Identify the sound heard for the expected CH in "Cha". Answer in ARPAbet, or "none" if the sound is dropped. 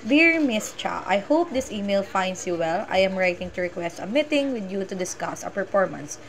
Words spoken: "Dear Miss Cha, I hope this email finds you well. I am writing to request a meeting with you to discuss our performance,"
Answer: CH